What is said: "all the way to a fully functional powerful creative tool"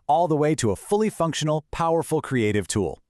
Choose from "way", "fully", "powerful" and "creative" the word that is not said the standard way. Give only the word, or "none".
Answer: none